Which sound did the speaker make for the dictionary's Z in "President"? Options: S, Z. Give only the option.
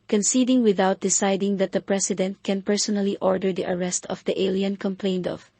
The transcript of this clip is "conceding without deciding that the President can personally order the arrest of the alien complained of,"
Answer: S